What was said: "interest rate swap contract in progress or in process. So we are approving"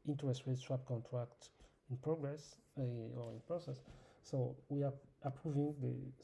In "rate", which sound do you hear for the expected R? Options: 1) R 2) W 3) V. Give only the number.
2